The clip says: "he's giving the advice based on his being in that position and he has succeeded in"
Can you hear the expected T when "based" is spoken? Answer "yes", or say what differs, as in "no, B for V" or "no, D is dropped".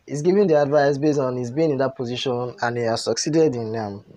no, T is dropped